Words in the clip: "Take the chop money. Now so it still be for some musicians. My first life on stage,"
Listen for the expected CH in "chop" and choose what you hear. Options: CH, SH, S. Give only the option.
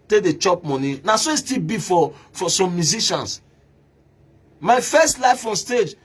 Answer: CH